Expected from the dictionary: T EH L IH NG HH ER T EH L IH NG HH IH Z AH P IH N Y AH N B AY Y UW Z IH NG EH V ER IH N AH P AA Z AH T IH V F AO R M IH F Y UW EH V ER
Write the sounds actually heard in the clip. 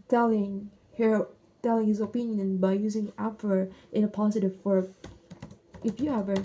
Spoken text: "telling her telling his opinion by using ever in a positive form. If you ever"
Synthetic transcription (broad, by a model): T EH L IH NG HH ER T EH L IH NG HH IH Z AH P IH N Y AH N B AY Y UW Z IH NG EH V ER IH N AH P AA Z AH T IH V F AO R IH F Y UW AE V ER